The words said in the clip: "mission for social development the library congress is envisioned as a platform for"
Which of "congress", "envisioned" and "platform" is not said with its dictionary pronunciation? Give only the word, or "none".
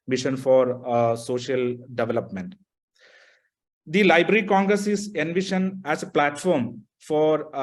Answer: envisioned